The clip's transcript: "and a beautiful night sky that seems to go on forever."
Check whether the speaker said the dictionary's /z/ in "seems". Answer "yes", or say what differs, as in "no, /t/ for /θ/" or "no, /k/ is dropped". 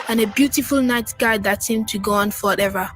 no, /z/ is dropped